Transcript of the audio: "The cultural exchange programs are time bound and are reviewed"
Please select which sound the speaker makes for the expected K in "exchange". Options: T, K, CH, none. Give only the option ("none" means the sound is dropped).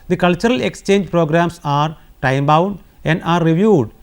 K